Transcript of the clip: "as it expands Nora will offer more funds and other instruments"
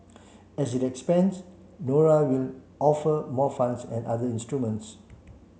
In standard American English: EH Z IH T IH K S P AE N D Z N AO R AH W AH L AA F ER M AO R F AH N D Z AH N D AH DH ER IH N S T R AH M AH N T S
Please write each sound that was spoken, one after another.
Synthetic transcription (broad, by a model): EH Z IH T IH K S P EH N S N AO R AH W AH L AA F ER M AO F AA N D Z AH N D AH IY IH N S T R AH M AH N T S